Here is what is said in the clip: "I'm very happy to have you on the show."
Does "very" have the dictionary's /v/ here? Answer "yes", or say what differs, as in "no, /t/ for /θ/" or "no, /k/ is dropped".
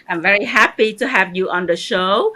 yes